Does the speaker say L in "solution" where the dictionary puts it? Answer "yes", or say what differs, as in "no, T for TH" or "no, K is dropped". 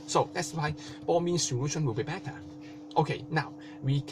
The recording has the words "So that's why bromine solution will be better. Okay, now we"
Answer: no, W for L